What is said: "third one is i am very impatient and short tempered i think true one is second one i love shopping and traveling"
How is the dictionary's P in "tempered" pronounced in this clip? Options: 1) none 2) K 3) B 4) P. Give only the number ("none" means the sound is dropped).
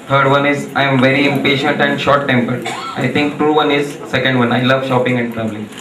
4